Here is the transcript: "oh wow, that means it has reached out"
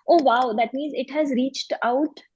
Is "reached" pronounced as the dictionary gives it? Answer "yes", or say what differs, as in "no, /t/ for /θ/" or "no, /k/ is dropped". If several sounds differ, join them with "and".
yes